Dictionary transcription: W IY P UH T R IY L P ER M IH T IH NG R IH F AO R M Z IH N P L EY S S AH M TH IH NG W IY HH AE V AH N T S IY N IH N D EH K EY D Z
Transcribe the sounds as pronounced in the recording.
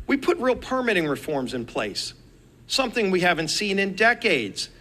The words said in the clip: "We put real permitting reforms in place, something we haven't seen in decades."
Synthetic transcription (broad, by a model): W IY P UH T R IY L P ER M IH T IH NG R IH F AO R M Z IH N P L EY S S AH M TH IH NG W IY HH AE V AH N T S IY N IH N D EH K EY D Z